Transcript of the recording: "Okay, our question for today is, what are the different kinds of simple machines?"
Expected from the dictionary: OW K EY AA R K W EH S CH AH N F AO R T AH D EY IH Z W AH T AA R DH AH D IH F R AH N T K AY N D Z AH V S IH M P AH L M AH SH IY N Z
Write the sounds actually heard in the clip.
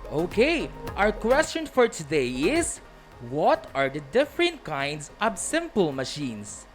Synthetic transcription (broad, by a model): OW K EY AA R K W EH S CH AH N F AO R T AH D EY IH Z W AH T AA R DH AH D IH F R AH N T K AY N D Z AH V S IH M P AH L M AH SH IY N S